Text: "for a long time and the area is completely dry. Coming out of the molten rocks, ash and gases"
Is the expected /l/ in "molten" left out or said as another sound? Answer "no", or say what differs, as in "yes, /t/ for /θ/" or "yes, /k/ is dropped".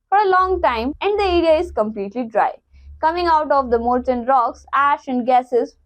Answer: yes, /l/ is dropped